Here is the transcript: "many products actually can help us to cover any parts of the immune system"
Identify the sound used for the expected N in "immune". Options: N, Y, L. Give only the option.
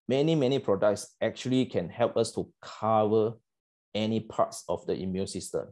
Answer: N